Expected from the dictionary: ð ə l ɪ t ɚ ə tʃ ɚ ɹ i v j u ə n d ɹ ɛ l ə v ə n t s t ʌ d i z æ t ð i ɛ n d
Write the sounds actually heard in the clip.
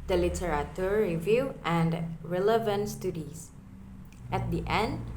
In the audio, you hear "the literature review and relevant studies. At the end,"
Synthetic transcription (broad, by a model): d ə l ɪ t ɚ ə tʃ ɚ ɹ i v j u ə n d ɹ ɛ l ə v ə n t s t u d i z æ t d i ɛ n d